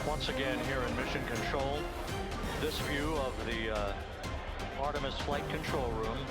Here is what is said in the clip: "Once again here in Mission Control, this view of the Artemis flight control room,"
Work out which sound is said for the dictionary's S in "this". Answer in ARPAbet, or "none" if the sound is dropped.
S